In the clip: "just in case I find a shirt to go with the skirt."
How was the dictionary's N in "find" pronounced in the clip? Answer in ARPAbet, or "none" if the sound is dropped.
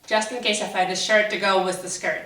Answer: none